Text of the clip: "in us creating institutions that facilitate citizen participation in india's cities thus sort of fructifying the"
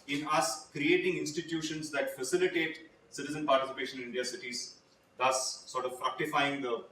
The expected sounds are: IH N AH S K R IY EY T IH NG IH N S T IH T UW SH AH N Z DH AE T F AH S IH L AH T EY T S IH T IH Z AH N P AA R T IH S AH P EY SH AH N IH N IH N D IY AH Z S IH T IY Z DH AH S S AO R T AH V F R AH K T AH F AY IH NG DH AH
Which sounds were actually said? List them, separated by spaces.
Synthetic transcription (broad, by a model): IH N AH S K R IY EY T IH NG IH N S T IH T UW SH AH N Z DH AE T F AH S IH L AH T EY T S IH T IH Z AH N P AA R T IH S AH P EY SH AH N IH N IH N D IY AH S IH T IY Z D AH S S AO R T AH V F R AH K T AH F AY IH NG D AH